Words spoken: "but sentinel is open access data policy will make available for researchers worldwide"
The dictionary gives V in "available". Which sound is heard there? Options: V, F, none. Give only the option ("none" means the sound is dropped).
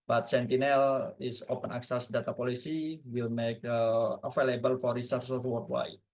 F